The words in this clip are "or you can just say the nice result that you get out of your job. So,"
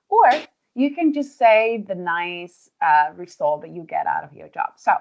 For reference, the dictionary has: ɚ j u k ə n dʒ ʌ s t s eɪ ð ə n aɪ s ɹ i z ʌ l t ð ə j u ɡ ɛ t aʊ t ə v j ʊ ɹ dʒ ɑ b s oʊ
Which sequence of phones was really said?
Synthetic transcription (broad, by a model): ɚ j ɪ k ə n dʒ ʌ s t s eɪ ð ə n aɪ s ɹ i s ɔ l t ð ə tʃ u ɡ ɛ t aʊ t ə v j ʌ ɹ dʒ ɑ b s oʊ